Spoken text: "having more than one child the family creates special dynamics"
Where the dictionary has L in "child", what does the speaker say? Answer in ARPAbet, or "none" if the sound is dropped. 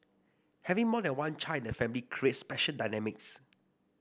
N